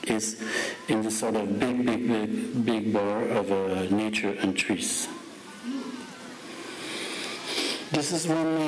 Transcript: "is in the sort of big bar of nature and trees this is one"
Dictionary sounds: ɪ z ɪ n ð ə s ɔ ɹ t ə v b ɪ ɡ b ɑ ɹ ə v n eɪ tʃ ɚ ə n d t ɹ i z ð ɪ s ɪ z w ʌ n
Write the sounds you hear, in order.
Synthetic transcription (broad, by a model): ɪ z ɪ n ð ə s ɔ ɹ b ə b b ɪ ɡ b ɑ ɹ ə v n eɪ tʃ ɚ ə n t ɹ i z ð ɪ s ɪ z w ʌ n